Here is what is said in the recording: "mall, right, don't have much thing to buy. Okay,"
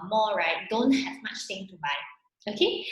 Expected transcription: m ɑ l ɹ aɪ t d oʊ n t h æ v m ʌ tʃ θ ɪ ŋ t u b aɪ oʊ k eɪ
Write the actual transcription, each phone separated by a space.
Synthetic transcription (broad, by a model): m ɑ ɹ aɪ t d oʊ n t h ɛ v m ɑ tʃ t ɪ ŋ t u b aɪ oʊ k eɪ